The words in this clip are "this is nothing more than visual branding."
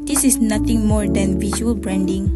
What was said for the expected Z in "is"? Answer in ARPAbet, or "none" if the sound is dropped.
S